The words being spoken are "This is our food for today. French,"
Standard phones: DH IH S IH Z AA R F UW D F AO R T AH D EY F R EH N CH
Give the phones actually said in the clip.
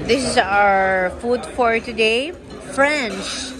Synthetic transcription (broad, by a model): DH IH S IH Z AA R F UW D F AO R T AH D EY F R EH N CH